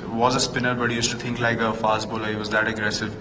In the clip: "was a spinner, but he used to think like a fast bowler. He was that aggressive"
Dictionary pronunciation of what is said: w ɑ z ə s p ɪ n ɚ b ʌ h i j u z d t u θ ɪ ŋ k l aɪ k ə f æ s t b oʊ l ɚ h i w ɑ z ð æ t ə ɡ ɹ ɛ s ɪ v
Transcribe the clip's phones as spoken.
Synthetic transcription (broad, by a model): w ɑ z ə s p ɪ n ɚ b ʌ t j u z t u t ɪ ŋ k l aɪ k ə f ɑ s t b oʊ l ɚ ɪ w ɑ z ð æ t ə ɡ ɹ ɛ s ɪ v